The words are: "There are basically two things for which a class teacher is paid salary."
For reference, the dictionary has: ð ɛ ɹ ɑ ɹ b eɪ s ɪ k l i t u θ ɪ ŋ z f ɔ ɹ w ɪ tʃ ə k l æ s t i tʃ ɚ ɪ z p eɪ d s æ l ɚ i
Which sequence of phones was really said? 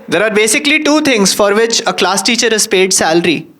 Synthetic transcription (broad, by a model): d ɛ ɹ ɑ ɹ b eɪ s ɪ k l i t u t ɪ ŋ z f ɔ ɹ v ɪ tʃ ə k l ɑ s t i tʃ ɚ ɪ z p eɪ d s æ l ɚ i